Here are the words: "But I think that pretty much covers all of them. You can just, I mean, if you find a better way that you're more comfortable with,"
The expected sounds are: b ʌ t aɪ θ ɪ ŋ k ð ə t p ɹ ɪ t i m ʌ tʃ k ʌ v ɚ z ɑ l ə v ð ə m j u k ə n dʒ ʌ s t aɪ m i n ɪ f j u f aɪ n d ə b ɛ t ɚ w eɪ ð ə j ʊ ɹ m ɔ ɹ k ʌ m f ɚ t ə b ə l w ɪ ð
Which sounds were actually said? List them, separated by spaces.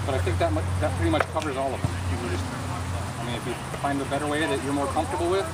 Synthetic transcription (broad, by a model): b ʌ t aɪ θ ɪ ŋ k ð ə t p ɹ ɪ t i m ʌ tʃ k ʌ v ɚ z ɑ l ə v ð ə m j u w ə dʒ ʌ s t aɪ m i n ɪ f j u f aɪ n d ə b ɛ t ɚ w eɪ ð ə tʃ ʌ ɹ m ɔ ɹ k ʌ m f t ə b l w ɪ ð